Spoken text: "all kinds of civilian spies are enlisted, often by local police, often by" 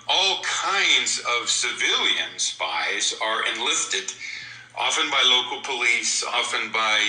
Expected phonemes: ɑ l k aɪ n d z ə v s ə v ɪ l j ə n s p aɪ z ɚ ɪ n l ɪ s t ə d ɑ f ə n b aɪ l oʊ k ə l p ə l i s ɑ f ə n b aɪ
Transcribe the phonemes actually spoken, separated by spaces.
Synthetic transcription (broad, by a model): ɑ l k aɪ n d z ə v s ə v ɪ l j ə n s p aɪ z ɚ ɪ n l ɪ s t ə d ɑ f ə n b aɪ l oʊ k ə l p ə l i s ɑ f ə n b aɪ